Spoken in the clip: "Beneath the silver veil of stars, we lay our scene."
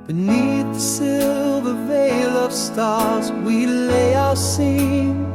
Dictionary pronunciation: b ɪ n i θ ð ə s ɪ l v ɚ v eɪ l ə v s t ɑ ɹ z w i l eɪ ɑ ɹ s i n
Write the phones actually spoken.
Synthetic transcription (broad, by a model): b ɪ n i θ ð ə s ɪ l v ɚ v eɪ l ə v s t ɑ ɹ z w i l eɪ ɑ s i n